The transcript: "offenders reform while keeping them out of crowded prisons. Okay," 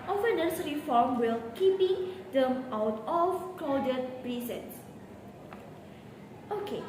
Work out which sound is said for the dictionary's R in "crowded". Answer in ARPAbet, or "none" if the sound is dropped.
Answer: L